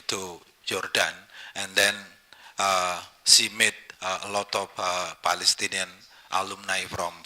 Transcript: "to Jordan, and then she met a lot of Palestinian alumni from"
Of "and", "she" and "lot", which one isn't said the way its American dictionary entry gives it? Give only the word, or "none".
she